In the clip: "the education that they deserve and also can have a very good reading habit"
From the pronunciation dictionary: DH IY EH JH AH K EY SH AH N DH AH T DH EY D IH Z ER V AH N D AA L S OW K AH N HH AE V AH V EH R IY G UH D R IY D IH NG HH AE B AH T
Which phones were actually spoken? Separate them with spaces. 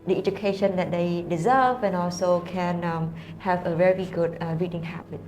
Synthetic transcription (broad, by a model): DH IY EH JH AH K EY SH AH N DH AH T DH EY D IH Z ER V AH N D AA L S OW K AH N HH AE V AH V EH R IY G UH D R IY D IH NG HH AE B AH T